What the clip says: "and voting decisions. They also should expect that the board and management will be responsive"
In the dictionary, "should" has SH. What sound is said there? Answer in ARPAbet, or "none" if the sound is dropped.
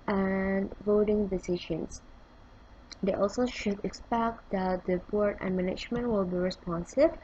SH